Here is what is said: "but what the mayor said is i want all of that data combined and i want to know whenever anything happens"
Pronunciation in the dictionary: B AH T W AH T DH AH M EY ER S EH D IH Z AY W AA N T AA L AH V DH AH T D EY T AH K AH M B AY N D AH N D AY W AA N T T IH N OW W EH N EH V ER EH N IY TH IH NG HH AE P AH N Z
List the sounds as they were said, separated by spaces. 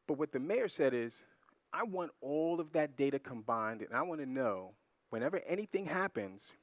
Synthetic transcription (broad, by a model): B AH T W AH T DH AH M EY ER S EH D IH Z AY W AA N T AA L AH V DH AH T D EY T AH K AH M B AY N D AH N AY W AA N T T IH N OW W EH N EH V ER EH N IY TH IH NG HH AE P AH N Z